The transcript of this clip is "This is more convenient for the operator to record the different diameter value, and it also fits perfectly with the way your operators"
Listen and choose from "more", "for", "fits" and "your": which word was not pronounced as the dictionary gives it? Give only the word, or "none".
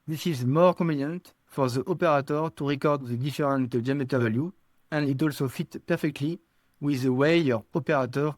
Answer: fits